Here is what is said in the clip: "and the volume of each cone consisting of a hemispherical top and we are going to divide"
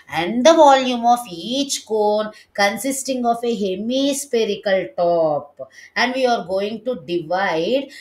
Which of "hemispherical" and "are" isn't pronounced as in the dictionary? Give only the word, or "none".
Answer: hemispherical